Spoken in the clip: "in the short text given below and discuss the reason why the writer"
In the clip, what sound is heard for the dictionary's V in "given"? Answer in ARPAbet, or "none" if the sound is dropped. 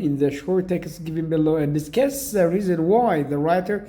V